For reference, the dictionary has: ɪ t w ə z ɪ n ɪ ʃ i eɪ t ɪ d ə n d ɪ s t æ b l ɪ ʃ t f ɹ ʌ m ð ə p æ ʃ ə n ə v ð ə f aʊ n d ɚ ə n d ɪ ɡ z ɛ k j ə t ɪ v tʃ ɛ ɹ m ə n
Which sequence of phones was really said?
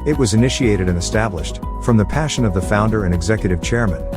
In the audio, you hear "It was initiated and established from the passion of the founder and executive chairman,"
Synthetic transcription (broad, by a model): ɪ t w ə z ɪ n ɪ ʃ i eɪ t ɪ d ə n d ɪ s t æ b l ɪ ʃ t f ɹ ʌ m ð ə p æ ʃ ə n ə v ð ə f aʊ n d ɚ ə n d ɪ ɡ z ɛ k j ə t ɪ v tʃ ɛ ɹ m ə n